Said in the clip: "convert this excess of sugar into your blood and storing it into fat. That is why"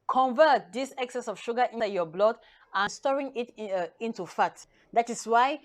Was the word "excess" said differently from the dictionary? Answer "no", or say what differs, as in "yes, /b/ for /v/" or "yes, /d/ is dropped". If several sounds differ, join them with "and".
no